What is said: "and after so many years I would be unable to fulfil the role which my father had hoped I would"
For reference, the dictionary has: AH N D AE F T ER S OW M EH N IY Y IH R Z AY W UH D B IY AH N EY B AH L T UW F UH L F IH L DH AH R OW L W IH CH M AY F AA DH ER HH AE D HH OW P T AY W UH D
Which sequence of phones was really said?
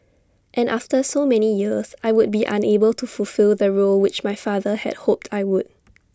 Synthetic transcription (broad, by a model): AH N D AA F T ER S OW M EH N IY Y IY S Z AY W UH D B IY AH N EY B AH L T UW F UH L F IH L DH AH R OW L W IH CH M AY F AA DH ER HH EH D HH OW P T AY W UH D